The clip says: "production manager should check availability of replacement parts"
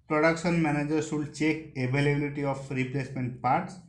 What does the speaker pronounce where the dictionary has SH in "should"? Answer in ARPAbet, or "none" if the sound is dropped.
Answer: S